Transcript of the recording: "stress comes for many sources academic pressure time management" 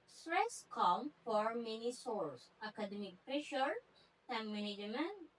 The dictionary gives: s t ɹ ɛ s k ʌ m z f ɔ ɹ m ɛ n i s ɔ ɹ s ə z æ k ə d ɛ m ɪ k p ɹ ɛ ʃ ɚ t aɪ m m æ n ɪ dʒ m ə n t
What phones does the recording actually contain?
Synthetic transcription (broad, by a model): s t ɹ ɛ s k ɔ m f ɔ ɹ m ɛ n i s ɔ ɹ s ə k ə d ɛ m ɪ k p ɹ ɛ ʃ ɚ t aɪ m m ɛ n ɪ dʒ m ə n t